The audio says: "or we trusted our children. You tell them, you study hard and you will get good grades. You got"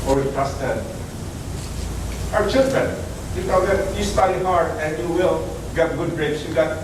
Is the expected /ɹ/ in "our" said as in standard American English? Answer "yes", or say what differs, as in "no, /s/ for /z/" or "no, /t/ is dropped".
no, /w/ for /ɹ/